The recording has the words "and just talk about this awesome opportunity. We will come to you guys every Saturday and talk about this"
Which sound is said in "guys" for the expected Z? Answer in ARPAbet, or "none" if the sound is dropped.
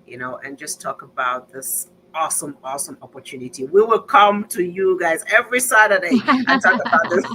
Z